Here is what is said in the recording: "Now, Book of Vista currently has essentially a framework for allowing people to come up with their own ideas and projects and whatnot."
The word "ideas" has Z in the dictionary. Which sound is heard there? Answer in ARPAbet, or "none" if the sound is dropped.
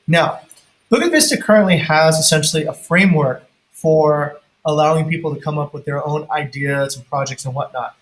Z